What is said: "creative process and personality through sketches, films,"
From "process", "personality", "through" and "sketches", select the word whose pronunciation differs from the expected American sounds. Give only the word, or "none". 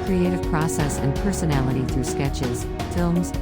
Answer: none